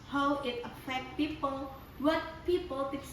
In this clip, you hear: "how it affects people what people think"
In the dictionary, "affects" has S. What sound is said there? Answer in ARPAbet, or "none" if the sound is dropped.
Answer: none